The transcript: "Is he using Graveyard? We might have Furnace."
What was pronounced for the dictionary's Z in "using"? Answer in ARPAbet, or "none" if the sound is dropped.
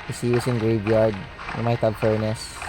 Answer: S